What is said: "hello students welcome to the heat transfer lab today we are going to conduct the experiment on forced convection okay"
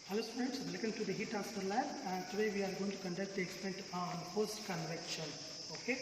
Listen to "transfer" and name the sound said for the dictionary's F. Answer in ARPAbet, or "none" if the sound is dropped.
none